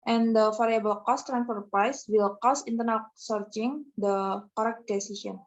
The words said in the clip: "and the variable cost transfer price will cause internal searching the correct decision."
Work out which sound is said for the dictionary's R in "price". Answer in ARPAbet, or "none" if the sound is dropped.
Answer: R